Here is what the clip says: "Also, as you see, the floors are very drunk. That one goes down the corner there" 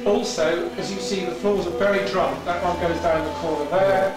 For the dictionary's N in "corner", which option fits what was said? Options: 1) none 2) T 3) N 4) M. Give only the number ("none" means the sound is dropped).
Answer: 1